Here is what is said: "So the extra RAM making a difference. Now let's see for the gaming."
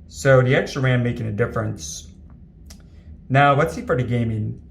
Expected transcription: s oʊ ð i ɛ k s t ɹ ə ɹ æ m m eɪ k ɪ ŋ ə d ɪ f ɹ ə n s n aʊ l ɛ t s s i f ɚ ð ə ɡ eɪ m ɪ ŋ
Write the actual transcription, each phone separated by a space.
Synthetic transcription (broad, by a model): s oʊ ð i ɛ k s t ɹ ə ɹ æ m m eɪ k ɪ ŋ ə d ɪ f ɹ ə n s n aʊ w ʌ t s s i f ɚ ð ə ɡ eɪ m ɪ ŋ